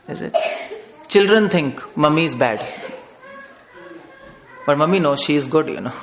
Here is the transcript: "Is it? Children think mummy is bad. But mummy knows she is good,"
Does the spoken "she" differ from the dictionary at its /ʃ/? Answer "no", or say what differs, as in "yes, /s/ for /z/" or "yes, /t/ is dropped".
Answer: no